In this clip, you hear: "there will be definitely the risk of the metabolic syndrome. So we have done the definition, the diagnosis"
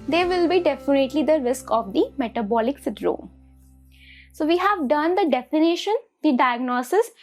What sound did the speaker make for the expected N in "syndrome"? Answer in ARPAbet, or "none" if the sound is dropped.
none